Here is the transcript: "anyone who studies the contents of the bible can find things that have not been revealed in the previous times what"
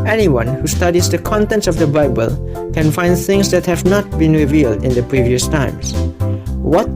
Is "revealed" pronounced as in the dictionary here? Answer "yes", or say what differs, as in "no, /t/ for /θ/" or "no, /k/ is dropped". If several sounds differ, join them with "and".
yes